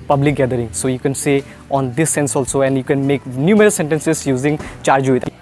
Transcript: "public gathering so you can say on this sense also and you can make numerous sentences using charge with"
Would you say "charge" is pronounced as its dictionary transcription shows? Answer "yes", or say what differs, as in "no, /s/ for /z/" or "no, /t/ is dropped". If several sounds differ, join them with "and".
yes